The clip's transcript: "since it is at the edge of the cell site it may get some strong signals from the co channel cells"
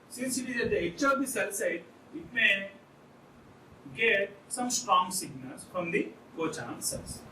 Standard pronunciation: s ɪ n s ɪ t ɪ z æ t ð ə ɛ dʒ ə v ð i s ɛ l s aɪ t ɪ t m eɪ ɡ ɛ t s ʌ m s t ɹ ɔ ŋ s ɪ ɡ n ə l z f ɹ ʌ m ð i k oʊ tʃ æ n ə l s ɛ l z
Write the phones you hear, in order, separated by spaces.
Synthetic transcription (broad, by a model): s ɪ n s ɪ t ɪ z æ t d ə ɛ tʃ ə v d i s ɛ l s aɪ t ɪ t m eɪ ɡ ɛ t s ʌ m s t ɹ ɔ ŋ s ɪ ɡ n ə l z f ɹ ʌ m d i k oʊ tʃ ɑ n s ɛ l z